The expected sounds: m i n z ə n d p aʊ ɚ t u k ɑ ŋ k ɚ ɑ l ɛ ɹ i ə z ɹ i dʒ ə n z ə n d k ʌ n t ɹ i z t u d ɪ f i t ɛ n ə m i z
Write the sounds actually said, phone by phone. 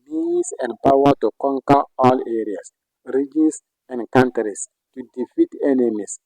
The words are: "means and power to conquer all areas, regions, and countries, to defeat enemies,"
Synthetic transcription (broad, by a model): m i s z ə n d p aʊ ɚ t u k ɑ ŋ k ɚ ɑ l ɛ ɹ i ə s ɹ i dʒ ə n s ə n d k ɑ n t ɹ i s t u d ɪ f i t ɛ n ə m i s